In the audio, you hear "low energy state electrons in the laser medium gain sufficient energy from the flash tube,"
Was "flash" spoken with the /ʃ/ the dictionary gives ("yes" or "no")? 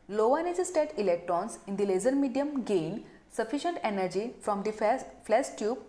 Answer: no